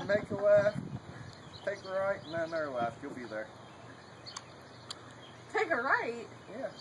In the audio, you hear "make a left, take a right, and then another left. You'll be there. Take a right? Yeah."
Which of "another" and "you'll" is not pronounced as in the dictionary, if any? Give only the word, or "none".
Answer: another